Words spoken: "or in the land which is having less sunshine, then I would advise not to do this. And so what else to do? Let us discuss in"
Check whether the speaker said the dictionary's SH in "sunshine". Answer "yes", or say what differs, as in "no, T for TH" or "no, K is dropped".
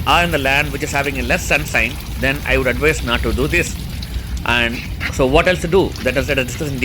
no, S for SH